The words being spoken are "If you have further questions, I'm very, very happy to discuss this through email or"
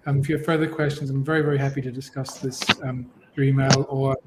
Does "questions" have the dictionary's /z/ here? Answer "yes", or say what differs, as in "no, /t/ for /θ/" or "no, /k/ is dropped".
yes